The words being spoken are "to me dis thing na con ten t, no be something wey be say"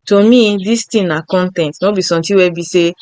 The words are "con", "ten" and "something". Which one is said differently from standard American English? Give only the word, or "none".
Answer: something